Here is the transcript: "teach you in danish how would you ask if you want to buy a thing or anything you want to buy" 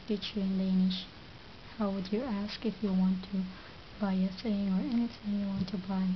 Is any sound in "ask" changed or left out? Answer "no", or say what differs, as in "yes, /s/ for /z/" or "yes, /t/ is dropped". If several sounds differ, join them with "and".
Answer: no